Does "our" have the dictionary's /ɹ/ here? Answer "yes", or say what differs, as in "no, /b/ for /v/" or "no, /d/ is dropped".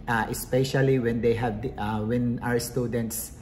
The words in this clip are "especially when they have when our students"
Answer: yes